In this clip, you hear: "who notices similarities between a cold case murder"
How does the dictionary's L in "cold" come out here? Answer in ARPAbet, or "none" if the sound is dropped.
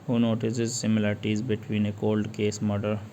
L